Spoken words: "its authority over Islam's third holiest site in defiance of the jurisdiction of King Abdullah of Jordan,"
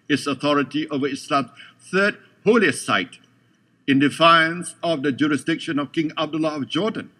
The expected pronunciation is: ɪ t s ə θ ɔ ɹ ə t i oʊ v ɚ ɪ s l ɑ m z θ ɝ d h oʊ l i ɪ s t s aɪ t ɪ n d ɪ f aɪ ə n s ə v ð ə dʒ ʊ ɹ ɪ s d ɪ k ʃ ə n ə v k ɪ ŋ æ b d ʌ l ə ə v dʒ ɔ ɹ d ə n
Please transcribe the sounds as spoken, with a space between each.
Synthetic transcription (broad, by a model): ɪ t s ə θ ɔ ɹ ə t i oʊ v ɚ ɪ s l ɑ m θ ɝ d h oʊ l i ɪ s s aɪ t ɪ n d ɪ f aɪ ə n s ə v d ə dʒ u ɹ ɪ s d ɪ k ʃ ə n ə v k ɪ ŋ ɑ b d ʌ l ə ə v dʒ ɔ d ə n